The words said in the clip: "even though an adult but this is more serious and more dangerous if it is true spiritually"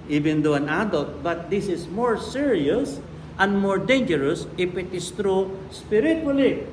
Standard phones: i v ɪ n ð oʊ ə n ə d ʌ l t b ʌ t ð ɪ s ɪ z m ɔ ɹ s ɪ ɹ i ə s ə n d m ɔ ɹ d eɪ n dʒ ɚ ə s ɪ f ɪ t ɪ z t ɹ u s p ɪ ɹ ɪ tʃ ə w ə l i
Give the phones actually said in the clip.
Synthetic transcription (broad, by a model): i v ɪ n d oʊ ə n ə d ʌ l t b ʌ t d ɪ s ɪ s m ɔ ɹ s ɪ ɹ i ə s ə n d m ɔ ɹ d eɪ n dʒ ɚ ə s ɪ p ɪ t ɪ s t ɹ u s p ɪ ɹ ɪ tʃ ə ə l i